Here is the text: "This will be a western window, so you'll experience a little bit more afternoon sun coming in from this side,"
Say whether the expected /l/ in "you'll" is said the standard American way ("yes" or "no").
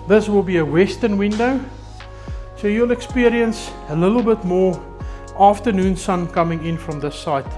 yes